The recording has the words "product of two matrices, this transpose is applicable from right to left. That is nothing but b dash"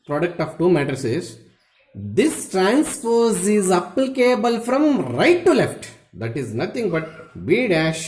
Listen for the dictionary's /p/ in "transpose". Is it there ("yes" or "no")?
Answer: no